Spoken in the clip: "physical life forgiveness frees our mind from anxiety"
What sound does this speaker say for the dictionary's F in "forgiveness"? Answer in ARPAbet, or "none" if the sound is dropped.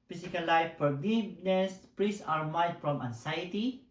P